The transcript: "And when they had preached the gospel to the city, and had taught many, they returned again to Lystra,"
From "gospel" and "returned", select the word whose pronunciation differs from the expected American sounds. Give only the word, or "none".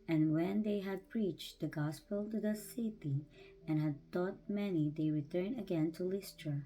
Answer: returned